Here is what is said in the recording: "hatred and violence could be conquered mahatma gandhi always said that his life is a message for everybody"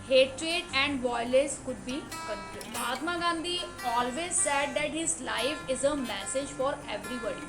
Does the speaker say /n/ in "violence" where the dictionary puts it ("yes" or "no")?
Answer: no